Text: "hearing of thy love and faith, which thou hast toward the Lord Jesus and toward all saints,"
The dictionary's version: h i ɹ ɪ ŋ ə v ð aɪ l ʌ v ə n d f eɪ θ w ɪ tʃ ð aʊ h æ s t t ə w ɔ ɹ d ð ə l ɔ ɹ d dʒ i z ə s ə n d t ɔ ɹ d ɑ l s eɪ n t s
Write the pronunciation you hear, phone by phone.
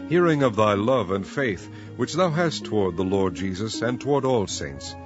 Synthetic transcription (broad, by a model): h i ɹ ɪ ŋ ə v ð aɪ l ʌ v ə n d f eɪ θ w ɪ tʃ ð aʊ h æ s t t ə w ɔ ɹ d ð ə l ɔ ɹ d dʒ i z ə s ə n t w ɔ ɹ d ɑ l s eɪ n t s